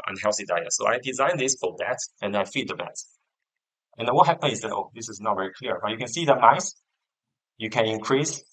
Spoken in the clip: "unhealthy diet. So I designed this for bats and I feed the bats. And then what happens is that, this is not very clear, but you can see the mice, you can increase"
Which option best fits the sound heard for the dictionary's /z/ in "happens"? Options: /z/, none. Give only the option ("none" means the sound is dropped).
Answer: none